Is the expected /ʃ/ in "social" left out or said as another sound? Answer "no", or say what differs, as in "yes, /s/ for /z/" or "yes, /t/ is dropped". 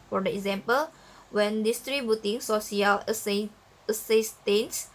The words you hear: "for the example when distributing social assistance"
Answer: yes, /s/ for /ʃ/